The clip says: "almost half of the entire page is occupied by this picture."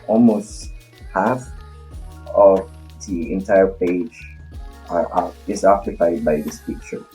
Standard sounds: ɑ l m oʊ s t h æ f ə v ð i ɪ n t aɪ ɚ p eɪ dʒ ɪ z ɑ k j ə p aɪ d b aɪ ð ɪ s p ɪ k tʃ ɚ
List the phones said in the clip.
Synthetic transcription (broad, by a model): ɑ l m oʊ s t h æ f ə v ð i ɪ n t aɪ ɚ p eɪ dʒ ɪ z ɑ k j ə p aɪ d b aɪ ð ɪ s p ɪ k tʃ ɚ